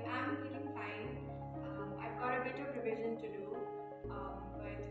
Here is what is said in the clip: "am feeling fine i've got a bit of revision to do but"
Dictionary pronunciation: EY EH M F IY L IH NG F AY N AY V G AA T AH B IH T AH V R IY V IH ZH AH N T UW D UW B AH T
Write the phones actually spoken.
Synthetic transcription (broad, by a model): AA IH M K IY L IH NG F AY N AY V G AA T AH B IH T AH P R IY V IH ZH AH N T UW D UW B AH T